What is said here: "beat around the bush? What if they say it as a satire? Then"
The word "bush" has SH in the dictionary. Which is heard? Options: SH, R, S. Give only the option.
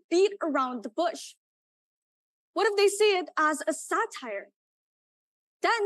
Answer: SH